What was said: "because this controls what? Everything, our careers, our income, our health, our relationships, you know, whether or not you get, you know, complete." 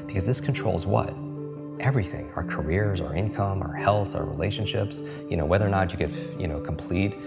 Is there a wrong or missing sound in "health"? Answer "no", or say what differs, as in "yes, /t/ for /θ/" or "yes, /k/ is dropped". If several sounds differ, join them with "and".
no